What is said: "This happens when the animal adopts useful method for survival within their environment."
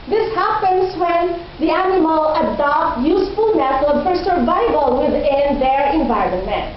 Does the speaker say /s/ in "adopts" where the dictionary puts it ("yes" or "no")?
no